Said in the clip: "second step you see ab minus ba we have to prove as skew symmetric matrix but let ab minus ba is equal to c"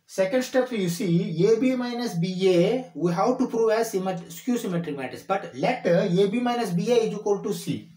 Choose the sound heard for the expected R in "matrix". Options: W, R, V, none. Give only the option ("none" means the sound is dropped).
none